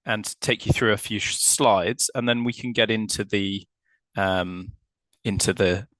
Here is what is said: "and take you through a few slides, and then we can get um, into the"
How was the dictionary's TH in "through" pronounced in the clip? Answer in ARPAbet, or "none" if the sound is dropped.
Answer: TH